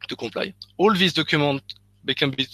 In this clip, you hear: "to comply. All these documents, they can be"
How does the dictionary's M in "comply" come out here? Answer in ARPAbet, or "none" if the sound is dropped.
none